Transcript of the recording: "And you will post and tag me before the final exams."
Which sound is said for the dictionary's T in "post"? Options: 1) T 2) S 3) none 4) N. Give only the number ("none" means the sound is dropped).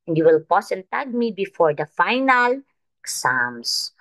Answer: 3